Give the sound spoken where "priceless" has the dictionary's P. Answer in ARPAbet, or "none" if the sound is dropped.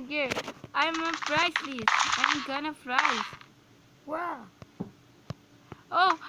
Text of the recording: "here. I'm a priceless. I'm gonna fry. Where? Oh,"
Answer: F